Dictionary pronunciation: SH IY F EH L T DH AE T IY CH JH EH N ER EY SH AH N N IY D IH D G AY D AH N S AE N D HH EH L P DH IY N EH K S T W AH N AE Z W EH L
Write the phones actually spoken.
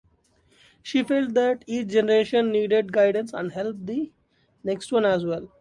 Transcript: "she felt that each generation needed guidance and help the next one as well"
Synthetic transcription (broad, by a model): SH IY F EH L T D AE T IY CH JH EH N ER EY SH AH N N IY D IH D G AY D AH N S AE N D HH EH L P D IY N EH K S T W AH N AE Z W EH L